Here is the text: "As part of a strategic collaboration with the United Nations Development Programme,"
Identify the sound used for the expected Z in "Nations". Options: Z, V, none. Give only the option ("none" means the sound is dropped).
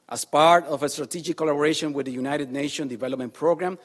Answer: none